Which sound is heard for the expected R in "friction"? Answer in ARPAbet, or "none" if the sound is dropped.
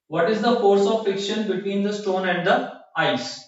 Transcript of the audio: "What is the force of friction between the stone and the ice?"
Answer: none